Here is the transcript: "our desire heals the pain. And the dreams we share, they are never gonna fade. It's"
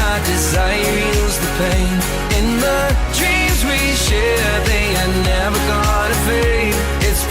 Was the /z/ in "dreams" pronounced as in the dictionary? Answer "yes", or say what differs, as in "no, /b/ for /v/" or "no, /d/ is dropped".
yes